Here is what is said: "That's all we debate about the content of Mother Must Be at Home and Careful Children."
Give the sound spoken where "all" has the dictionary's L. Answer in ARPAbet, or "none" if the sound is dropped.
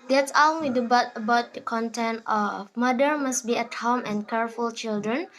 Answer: N